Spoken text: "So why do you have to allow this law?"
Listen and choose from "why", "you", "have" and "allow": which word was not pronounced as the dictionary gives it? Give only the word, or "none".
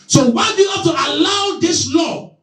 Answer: have